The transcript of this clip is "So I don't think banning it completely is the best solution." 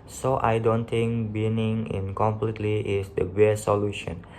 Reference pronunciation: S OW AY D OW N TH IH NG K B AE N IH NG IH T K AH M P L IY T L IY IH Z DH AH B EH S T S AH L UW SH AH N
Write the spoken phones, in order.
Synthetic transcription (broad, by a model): S OW AY D OW N T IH NG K B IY N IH NG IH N K AH M P L IY T L IY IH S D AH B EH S S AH L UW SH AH N